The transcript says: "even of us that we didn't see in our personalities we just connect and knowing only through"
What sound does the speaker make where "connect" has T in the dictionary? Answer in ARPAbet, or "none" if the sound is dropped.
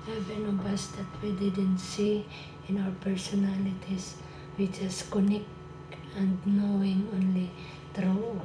none